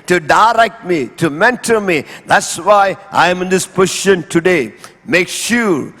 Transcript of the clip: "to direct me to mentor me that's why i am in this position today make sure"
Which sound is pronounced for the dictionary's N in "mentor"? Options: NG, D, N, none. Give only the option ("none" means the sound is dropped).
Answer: N